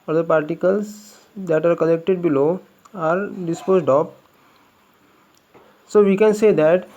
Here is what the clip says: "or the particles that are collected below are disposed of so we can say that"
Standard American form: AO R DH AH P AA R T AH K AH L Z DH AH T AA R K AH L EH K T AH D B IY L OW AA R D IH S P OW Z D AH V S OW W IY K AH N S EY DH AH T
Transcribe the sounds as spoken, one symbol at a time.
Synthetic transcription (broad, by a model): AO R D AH P AA R T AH K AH L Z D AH T AA R K AH L EH K T AH D B IY L OW AA R D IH S P OW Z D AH P S OW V IY K AH N S EY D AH T